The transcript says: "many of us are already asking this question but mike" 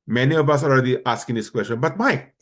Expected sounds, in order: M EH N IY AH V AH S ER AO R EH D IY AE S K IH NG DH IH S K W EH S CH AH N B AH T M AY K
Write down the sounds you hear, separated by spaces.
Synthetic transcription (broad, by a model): M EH N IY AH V AH S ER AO L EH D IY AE S K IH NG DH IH S K W EH S CH AH N B AH T M AY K